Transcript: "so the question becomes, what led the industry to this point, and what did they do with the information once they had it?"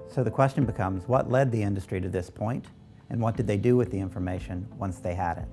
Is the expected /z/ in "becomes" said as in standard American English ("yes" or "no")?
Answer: yes